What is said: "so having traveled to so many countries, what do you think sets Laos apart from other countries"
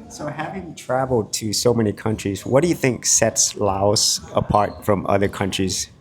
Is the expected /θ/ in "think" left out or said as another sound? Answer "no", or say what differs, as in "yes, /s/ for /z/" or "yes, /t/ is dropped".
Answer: no